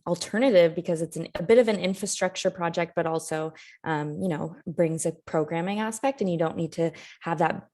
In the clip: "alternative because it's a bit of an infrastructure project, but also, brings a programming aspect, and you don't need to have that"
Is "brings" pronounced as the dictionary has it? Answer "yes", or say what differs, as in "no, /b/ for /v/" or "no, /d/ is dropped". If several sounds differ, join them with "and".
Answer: yes